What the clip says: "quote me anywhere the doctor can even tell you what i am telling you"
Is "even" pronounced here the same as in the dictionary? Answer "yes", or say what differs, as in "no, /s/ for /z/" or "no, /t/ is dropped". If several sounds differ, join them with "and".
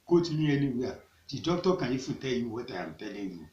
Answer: no, /f/ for /v/